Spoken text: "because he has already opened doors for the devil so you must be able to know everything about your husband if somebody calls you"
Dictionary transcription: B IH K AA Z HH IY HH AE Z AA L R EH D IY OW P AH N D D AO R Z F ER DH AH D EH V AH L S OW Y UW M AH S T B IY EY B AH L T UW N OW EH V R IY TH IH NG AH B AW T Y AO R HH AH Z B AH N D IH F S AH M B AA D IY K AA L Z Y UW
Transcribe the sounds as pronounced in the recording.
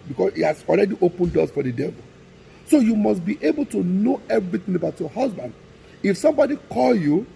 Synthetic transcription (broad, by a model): B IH K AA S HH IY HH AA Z AA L R EH D IY OW P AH N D D AO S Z F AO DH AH D EH V AH L S OW Y UW M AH S T B IY EY B AH L T UW N OW EH V R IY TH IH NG AH B AW T Y AO HH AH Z B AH N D IH F S AH M B AA D IY K AA L Y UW